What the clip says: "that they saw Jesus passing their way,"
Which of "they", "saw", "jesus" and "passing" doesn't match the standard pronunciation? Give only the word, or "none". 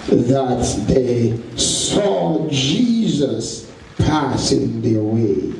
none